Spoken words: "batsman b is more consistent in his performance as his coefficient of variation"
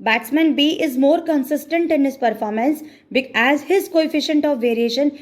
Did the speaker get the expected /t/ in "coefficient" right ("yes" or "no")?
yes